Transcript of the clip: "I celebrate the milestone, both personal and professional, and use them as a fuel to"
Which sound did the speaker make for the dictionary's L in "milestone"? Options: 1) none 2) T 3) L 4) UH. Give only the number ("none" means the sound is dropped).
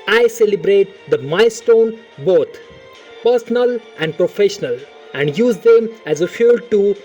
1